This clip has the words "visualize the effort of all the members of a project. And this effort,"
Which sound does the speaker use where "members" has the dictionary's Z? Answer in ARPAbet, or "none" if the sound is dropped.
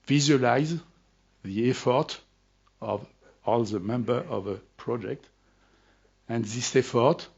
none